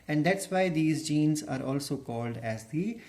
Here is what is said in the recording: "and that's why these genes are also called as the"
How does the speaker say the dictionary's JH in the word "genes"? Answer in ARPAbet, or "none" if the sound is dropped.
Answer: JH